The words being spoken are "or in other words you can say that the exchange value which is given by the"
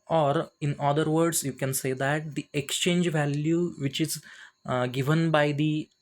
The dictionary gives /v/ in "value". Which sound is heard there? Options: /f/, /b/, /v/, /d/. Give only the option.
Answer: /v/